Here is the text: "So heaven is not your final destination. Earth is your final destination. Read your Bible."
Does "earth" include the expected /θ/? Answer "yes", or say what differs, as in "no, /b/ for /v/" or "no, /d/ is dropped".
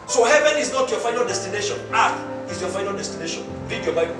no, /t/ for /θ/